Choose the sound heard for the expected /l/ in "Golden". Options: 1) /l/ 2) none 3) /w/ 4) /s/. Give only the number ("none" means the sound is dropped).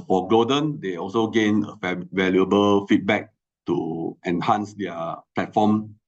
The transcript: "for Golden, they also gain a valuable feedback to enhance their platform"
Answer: 2